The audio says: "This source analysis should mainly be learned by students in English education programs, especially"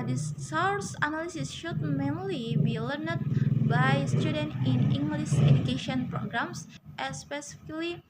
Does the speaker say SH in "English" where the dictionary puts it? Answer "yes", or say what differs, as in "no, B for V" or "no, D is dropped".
no, S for SH